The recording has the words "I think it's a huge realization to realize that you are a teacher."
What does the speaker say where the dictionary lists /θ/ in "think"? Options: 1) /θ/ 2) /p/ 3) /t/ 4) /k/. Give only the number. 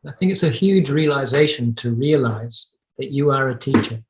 1